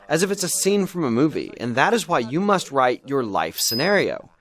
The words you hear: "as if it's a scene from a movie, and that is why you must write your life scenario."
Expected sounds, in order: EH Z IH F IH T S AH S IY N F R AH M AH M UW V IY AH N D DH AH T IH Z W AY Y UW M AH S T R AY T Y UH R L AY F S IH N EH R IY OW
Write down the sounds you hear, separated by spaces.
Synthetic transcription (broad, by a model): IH Z IH F IH T S AH S IY N F R AH M AH M UW V IY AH N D DH AH T IH Z W AY Y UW M AH S T R AY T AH R L AY F S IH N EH R IY OW